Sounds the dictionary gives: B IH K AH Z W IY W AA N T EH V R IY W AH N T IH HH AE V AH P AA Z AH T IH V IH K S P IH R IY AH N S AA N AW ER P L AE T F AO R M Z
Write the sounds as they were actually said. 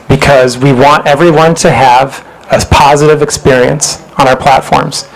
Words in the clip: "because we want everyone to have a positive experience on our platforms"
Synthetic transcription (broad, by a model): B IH K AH Z W IY W AA N T EH V R IY W AH N T IH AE V AH P AA Z AH T IH V IH K S P IH R IY AH N S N AW ER P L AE T F AO R M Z